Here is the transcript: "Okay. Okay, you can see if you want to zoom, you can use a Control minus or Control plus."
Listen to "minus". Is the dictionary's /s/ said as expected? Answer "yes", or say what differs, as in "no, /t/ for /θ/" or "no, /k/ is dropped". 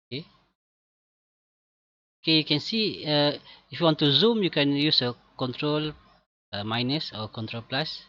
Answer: yes